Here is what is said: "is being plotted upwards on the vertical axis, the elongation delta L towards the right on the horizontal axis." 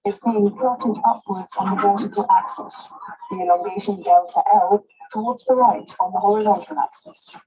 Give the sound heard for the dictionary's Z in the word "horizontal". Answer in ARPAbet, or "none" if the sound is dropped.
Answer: Z